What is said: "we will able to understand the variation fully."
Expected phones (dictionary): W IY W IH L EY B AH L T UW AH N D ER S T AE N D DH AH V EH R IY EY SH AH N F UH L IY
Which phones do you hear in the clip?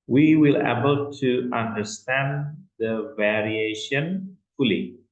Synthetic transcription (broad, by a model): W IY W IH L EY B AH L T UW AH N D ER S T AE N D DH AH V EH R IY EY SH AH N F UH L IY